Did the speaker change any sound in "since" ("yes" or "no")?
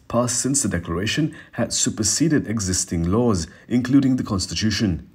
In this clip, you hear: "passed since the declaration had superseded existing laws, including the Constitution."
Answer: no